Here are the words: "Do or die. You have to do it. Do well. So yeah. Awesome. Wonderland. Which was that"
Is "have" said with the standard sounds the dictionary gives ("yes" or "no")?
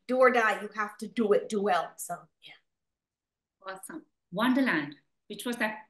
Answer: no